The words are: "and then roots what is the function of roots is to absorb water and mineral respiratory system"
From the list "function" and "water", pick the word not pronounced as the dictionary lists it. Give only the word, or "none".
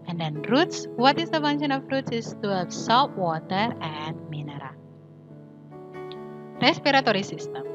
function